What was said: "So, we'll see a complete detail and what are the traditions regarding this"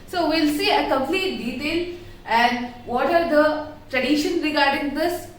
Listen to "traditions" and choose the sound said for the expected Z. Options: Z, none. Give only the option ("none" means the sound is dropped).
none